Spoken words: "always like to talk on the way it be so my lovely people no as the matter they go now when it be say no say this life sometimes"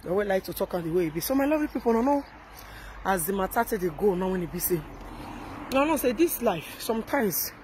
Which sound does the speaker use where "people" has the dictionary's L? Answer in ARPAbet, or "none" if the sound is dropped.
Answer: N